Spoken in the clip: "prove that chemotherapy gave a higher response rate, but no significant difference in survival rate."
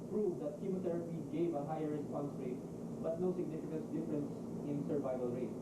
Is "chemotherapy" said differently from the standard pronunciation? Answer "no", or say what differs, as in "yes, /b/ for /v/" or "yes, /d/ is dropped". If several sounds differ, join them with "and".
yes, /t/ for /θ/